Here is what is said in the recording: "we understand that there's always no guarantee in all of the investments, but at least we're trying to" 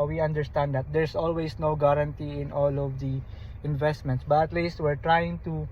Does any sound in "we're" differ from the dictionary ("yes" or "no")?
no